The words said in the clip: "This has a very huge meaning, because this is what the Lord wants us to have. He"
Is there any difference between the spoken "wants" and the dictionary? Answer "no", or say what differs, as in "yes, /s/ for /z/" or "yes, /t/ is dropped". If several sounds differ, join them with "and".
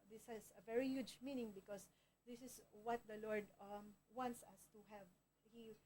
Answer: no